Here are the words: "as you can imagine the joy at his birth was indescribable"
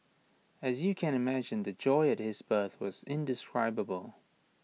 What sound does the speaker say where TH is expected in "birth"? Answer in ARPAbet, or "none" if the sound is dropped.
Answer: TH